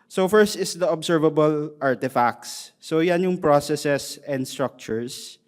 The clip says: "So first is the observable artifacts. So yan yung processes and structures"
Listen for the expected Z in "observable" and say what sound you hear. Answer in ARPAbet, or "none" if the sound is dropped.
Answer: S